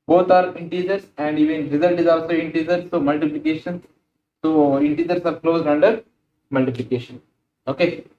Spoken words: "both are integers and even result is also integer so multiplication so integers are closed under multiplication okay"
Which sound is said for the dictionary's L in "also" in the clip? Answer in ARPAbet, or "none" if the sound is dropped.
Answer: L